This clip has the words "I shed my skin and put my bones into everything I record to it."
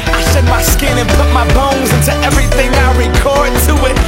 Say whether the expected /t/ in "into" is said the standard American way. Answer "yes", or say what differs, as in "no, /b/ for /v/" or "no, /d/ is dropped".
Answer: yes